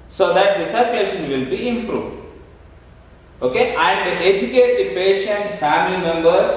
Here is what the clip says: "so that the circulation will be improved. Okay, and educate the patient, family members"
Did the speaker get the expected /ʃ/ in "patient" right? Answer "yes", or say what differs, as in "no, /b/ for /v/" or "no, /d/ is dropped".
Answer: yes